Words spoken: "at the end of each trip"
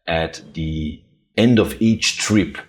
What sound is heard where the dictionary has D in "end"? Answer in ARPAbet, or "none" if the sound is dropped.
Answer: D